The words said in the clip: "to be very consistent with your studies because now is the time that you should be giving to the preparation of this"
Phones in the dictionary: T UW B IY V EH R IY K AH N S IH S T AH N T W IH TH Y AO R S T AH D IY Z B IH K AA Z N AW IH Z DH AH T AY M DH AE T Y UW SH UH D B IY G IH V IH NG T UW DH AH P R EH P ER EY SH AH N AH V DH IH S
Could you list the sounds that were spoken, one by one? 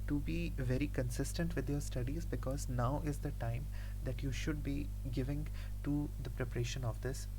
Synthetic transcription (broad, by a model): T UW B IY V EH R IY K AH N S IH S T AH N T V IH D Y AO R S T AH D IY Z B IH K AA Z N AW IH Z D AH T AY M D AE T Y UW SH UH D B IY G IH V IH NG T UW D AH P R EH P ER EY SH AH N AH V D IH S